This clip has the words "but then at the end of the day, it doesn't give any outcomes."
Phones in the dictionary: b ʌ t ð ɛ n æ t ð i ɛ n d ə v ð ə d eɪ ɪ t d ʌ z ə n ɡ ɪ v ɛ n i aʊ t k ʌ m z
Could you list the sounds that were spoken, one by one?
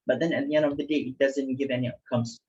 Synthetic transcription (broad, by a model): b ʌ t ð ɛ n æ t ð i ɛ n d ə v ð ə d eɪ ɪ t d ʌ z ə n ɡ ɪ v ɛ n i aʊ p k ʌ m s